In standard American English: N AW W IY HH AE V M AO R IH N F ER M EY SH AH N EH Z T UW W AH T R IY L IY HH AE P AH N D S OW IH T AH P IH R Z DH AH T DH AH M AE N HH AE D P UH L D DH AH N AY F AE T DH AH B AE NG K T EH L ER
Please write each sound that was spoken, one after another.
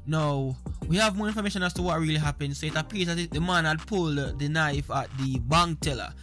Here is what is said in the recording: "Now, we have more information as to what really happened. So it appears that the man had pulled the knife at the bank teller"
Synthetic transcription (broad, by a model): N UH W IY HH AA V M AO R IH N F ER M EY SH AH N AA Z T UW W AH T R IY L IY HH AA P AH N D S OW IH T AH P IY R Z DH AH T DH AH M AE N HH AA D P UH L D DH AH N AY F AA T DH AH B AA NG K T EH L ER